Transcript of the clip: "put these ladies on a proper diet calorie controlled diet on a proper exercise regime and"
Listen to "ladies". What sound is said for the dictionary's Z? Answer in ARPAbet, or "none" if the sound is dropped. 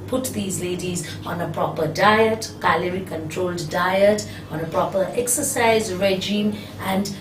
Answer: Z